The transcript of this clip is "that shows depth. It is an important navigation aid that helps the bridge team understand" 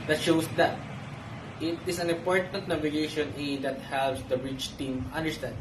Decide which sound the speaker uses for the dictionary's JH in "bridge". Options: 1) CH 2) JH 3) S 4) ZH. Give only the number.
1